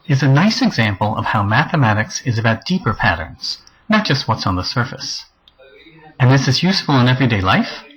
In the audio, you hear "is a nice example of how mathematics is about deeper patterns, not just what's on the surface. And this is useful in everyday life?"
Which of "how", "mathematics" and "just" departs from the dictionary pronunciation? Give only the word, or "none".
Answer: none